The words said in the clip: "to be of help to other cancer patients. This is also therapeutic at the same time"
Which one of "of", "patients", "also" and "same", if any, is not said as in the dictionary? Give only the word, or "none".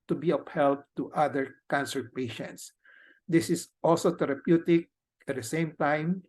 of